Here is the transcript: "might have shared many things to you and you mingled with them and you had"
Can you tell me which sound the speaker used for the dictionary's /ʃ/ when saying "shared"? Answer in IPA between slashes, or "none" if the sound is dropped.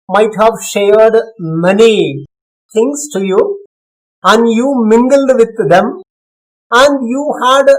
/ʃ/